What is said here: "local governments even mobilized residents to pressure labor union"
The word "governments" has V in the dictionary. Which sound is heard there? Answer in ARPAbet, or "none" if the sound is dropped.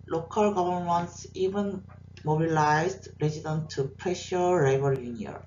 B